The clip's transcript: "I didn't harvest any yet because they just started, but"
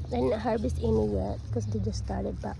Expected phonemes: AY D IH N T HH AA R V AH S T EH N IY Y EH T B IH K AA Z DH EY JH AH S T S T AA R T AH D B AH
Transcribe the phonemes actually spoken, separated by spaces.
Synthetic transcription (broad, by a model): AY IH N HH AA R B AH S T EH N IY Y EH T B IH K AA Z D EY JH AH S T S T AA R T AH D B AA